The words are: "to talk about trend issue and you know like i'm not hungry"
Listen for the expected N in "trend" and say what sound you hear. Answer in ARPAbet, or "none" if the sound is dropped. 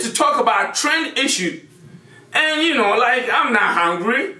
N